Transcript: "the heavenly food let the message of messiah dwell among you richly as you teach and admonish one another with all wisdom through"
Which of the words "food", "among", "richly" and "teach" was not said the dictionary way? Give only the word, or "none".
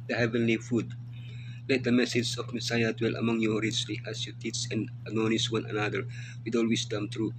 teach